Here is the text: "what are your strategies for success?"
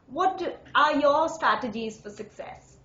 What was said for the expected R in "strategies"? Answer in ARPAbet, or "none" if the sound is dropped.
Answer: R